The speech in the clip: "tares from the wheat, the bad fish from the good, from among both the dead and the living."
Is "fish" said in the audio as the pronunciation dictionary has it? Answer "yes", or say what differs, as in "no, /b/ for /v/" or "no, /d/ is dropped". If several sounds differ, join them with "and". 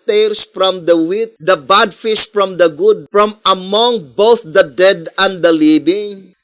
no, /s/ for /ʃ/